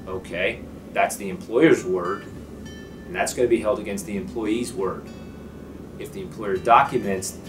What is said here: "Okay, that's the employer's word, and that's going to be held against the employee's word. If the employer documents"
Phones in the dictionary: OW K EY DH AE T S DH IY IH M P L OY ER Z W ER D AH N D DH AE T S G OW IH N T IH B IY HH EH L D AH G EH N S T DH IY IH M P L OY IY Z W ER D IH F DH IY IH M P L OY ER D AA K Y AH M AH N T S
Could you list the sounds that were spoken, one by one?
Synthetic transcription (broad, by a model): OW K EY DH AE T S DH IY IH M P L OY ER Z W ER D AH N DH AE T S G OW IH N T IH B IY HH EH L D AH G EH N S T DH IY IH M P L OY IY Z W ER D IH F DH IY IH M P L OY ER D AA K Y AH M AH N T S